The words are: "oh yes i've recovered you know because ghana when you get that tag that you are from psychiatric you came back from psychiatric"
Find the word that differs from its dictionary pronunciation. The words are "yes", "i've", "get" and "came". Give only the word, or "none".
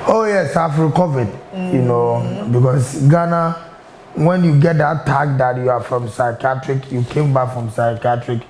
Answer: i've